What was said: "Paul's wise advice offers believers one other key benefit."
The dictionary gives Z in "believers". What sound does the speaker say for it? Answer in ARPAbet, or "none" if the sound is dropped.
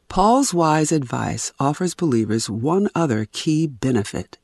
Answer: Z